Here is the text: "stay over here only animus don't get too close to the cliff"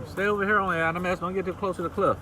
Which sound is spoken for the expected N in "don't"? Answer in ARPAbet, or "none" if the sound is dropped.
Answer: L